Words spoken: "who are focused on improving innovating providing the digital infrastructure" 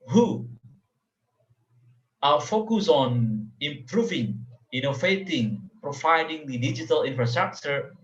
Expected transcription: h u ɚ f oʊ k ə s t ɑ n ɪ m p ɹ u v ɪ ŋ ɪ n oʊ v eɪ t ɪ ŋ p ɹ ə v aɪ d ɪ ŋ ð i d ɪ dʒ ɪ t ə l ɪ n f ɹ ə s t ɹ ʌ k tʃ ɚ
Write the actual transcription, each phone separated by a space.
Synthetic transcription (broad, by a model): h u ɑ f oʊ k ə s ɑ n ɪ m p ɹ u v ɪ ŋ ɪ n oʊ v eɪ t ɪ ŋ p ɹ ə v aɪ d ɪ ŋ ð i d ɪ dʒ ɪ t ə l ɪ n f ɹ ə s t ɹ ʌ k tʃ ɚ